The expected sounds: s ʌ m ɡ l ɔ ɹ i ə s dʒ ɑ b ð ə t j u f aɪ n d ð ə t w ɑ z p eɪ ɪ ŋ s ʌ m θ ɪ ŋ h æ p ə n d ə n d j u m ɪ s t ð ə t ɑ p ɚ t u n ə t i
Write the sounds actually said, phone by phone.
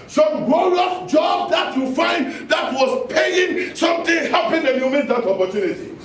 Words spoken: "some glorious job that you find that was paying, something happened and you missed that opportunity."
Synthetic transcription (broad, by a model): s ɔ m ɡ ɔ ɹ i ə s dʒ ɑ b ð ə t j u f aɪ n d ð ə t w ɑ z p eɪ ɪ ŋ s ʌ m t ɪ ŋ h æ p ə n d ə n j u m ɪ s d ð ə t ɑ p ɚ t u n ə t i